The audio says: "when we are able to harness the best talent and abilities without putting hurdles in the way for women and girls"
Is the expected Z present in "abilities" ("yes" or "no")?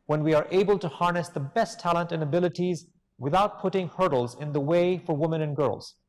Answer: yes